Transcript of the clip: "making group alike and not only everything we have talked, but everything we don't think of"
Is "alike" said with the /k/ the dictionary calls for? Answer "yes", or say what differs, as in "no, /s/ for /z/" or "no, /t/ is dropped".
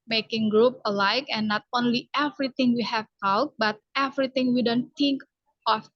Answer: yes